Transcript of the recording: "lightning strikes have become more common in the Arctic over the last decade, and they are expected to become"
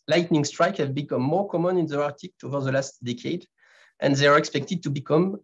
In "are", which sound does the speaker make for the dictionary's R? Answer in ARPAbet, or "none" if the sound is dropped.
R